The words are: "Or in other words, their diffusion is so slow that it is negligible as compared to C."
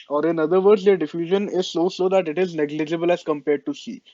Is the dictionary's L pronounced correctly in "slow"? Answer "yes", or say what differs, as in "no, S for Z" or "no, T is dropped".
no, L is dropped